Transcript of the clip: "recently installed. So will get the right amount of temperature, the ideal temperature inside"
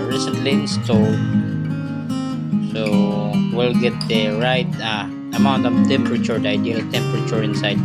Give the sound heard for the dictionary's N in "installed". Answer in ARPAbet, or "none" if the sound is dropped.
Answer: none